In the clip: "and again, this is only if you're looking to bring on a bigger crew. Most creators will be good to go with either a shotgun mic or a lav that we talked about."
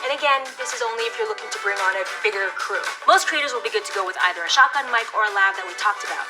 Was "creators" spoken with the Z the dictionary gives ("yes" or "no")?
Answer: yes